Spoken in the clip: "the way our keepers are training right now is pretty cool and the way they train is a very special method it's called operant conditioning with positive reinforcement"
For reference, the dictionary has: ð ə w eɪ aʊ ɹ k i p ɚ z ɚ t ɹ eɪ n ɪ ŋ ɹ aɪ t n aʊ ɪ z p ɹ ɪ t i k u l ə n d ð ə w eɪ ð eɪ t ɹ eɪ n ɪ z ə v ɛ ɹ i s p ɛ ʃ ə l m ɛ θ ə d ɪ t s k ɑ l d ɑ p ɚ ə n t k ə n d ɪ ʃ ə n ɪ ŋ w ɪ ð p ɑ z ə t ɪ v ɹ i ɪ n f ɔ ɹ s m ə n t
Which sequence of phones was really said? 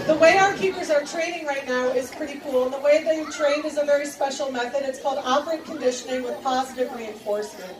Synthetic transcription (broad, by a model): ð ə w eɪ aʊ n k i p ɚ z ɚ t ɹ eɪ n ɪ ŋ ɹ aɪ t n aʊ ɪ z p ɹ ɪ t i k u l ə n ð ə w eɪ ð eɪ t ɹ eɪ n ɪ z ə v ɛ ɹ i s p ɛ ʃ l m ɛ θ ə d ɪ t s k ɑ l d ɑ p ɚ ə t k ə n d ɪ ʃ ə n ɪ ŋ w ɪ ð p ɑ z ə t ɪ v ɹ i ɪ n f ɔ ɹ s m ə n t